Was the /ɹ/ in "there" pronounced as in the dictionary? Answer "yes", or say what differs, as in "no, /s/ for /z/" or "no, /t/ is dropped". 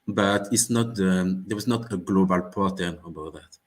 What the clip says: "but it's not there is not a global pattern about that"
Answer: no, /w/ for /ɹ/